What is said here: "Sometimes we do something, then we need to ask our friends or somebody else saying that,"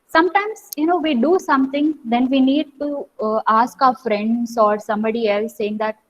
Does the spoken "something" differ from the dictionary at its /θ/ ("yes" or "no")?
yes